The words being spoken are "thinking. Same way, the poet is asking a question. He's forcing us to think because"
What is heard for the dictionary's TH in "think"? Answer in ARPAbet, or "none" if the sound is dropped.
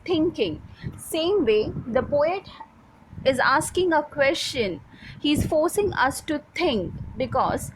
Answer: T